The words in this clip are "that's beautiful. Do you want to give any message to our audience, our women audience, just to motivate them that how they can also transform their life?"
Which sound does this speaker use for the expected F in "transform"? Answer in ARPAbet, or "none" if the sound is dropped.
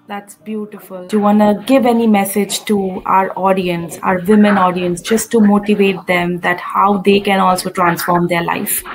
F